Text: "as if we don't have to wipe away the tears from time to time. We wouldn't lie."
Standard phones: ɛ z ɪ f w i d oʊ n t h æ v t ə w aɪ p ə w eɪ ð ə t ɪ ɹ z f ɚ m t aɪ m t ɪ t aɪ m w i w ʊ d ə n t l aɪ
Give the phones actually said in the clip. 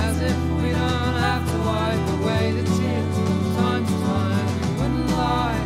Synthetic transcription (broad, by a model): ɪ z ɪ f w i d oʊ n t h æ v t ə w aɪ ə w eɪ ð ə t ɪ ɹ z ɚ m t aɪ m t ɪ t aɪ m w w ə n l aɪ